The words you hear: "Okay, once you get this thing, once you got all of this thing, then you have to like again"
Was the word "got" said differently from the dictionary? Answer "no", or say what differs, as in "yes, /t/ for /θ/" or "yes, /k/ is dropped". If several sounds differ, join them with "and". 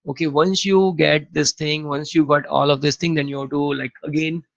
no